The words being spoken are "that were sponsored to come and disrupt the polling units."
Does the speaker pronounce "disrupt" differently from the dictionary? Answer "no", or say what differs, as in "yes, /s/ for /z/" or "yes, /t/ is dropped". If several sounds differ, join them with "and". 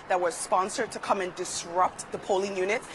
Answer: no